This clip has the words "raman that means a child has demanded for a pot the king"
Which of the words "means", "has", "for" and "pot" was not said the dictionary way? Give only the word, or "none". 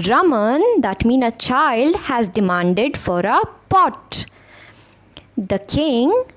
means